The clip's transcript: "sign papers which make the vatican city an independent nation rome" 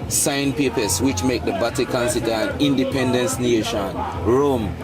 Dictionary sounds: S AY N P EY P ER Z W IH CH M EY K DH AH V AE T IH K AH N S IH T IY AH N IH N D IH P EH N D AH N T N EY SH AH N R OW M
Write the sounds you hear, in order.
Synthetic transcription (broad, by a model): S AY N P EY P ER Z W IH CH M EY K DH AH B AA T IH K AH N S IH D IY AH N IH N D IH P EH N D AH N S N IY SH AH N R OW M